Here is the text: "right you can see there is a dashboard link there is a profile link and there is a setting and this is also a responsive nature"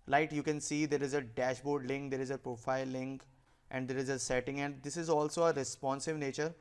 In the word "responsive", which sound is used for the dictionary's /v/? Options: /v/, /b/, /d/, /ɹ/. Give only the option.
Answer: /v/